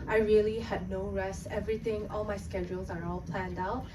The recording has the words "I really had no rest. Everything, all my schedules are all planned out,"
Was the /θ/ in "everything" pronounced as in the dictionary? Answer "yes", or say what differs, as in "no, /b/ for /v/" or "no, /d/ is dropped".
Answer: no, /t/ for /θ/